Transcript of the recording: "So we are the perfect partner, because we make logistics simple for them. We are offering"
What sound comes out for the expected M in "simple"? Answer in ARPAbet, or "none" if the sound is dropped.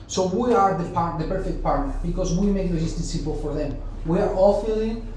none